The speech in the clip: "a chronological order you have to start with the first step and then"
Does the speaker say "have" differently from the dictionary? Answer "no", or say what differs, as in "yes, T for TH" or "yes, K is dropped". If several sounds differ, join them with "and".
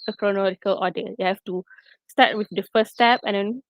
yes, F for V